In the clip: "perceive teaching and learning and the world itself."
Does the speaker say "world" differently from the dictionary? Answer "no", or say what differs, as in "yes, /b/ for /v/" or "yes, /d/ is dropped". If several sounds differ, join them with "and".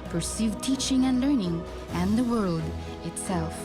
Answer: no